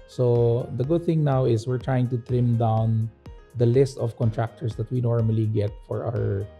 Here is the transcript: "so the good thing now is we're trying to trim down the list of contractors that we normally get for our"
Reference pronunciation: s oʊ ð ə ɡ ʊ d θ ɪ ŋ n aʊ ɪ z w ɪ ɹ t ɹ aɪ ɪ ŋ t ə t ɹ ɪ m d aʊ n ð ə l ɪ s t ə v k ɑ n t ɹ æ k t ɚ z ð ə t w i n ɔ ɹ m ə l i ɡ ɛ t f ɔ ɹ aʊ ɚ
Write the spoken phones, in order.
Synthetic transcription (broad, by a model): s oʊ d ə ɡ ʊ d θ ɪ ŋ n aʊ ɪ s w ɪ ɹ t ɹ aɪ ɪ ŋ t ə t ɹ ɪ m d aʊ n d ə l ɪ s t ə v k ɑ n t ɹ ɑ k t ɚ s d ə t w i n ɔ ɹ m ə l i ɡ ɛ t f ɔ ɹ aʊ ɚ